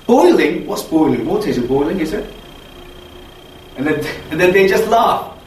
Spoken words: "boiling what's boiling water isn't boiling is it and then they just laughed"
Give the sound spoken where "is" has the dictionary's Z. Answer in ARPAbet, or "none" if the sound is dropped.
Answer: Z